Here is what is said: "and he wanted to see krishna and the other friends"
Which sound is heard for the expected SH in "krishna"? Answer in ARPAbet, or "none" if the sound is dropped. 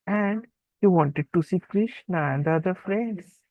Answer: SH